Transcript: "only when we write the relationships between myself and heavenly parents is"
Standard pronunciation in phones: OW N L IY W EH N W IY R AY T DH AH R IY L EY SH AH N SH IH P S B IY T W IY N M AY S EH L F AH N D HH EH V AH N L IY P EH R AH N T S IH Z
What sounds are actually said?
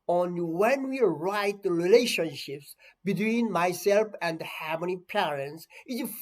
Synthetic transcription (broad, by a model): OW N W EH N W IY R AY T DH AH R IY L EY SH AH N SH IH P S B IY T W IY N M AY S EH L F AH N D HH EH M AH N IY P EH R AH N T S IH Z